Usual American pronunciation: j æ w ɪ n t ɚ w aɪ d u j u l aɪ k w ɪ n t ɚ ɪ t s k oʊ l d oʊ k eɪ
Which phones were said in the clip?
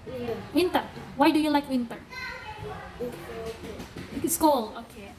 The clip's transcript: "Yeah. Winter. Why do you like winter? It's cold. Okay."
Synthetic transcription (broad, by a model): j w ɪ n t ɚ w aɪ d u j u l aɪ k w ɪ n t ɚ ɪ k s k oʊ l oʊ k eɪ